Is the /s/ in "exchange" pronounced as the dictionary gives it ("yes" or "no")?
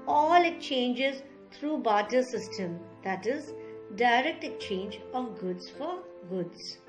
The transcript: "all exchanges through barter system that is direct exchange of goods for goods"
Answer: no